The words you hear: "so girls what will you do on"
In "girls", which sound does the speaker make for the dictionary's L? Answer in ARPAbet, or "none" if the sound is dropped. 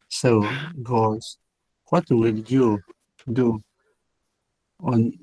none